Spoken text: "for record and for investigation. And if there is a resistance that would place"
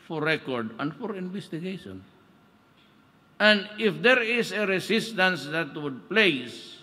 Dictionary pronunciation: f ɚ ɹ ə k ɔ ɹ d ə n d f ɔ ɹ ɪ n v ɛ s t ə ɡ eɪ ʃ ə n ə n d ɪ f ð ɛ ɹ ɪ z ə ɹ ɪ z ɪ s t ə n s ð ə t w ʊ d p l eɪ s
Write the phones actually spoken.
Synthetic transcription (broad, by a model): f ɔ ɹ ə k ɔ ɹ d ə n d f ɔ ɹ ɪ n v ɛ s t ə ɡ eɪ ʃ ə n ə n d ɪ f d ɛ ɹ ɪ s ə ɹ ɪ s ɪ s t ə n s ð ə t w ʊ d p l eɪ s